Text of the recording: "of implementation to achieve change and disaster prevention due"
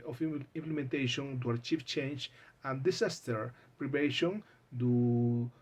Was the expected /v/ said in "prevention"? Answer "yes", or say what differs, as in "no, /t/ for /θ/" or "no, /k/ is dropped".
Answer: no, /p/ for /v/